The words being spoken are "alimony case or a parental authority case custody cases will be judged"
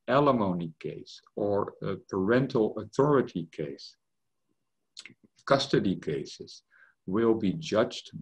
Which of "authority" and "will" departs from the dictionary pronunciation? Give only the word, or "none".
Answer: none